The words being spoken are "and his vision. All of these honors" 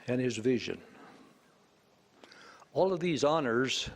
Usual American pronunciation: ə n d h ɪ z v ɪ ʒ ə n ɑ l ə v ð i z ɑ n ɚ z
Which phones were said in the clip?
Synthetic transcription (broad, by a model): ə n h ɪ z v ɪ ʒ ə n ɑ l ə v ð i z ɑ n ɚ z